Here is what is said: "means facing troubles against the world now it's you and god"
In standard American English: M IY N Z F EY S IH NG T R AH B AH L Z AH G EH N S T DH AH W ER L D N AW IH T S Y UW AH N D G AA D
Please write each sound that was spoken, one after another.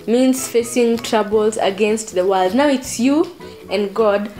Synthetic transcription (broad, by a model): M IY N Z F EY S IH NG T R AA B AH L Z AH G EH N S T DH AH W ER L D N AW IH T S Y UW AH N G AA D